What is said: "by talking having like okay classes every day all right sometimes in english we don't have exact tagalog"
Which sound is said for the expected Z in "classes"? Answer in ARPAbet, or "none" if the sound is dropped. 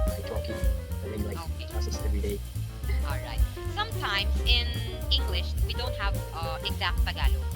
S